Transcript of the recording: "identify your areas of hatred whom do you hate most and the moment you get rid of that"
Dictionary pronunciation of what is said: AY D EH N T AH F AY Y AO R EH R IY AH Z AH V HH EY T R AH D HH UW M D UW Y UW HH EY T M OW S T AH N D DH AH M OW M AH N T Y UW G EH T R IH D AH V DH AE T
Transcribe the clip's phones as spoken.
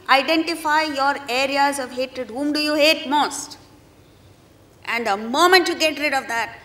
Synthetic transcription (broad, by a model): AY D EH N T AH F AY Y AO R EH R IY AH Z AH V HH EY T R AH D HH UW M D UW Y UW HH EY T M OW S T AH N D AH M OW M AH N T Y UW G EH T R IH D AH V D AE T